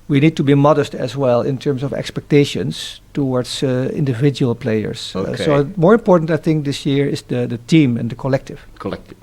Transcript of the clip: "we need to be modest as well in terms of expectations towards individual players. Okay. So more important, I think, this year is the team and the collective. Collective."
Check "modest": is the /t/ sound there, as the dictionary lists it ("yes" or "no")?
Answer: yes